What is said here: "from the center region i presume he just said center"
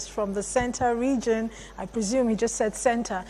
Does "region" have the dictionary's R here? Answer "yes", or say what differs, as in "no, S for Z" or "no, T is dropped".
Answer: yes